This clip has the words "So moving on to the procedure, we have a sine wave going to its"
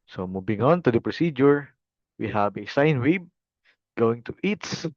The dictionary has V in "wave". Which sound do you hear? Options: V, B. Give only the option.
B